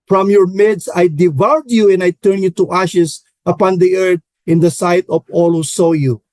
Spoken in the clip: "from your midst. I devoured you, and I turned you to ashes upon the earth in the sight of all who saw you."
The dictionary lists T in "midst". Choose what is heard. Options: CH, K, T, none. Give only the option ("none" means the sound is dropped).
none